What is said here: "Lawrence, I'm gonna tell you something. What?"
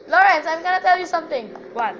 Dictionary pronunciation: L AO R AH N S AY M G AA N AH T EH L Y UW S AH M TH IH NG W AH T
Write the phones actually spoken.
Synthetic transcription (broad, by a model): L AO R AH N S AY M G AA N AH T EH L Y UW S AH M T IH NG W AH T